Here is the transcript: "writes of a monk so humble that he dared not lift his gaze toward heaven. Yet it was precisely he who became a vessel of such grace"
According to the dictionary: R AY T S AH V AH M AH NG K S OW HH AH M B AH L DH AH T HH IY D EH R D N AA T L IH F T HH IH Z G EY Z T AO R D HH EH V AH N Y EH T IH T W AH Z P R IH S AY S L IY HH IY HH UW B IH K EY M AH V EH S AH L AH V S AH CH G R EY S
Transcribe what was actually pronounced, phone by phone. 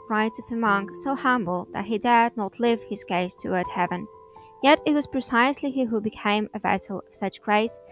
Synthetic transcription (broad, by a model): R AY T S AH V AH M AH NG K S OW HH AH M B L DH AH T HH IY D EH R D N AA T L IH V HH IH Z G EY S T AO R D HH EH V AH N Y EH T IH T W AH Z P R IH S AY S L IY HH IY HH UW B IH K EY M AH V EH S L AH V S AH CH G R EY S